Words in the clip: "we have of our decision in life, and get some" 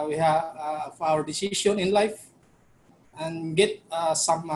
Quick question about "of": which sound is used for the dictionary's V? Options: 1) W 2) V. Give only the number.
1